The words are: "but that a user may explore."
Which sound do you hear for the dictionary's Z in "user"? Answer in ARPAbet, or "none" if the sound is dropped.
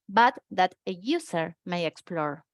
S